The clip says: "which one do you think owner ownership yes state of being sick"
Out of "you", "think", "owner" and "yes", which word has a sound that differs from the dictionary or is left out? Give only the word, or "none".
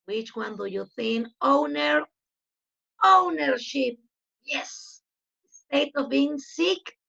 think